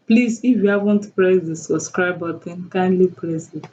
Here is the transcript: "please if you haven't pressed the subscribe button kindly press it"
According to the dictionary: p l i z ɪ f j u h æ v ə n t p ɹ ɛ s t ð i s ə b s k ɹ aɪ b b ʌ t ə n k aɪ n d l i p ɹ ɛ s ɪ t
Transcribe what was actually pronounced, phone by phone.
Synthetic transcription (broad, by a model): p l i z ɪ f j u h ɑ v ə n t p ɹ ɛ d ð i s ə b s k ɹ aɪ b b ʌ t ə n k aɪ n d l i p l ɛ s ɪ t